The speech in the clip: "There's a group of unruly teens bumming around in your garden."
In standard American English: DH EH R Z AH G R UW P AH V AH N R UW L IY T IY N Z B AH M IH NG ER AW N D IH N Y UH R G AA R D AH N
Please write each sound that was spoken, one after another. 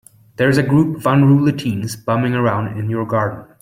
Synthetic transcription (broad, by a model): DH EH R Z AH G R UW P AH V AH N R UW L IY T IY N Z B AH M IH NG ER AW N D IH N Y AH R G AA R D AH N